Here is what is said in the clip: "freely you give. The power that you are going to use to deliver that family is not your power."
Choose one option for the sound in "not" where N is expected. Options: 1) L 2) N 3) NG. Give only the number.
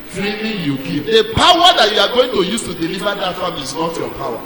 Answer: 2